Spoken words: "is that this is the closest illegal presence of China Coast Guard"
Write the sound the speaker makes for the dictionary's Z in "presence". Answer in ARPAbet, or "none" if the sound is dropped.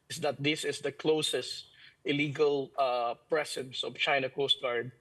S